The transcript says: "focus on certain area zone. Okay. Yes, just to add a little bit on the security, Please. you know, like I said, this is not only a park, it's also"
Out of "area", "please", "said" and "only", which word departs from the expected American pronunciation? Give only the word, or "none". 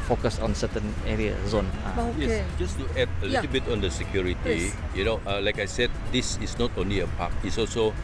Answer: please